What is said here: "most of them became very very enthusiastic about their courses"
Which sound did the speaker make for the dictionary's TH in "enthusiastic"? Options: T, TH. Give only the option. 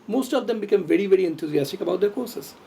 T